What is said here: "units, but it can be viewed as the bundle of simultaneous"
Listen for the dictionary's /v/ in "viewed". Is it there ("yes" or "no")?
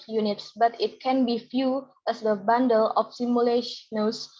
no